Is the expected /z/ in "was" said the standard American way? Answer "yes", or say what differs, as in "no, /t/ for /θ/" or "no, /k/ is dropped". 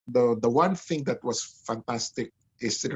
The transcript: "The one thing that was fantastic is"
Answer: no, /s/ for /z/